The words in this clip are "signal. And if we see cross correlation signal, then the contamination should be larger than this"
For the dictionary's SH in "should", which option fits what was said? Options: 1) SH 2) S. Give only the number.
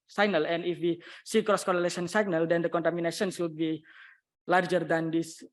2